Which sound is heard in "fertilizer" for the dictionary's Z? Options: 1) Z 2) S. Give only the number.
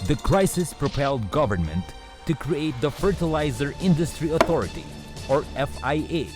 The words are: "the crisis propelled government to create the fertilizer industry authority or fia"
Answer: 1